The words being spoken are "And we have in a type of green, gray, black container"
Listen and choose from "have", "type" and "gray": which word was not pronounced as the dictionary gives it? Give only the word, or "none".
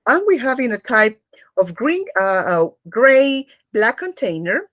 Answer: none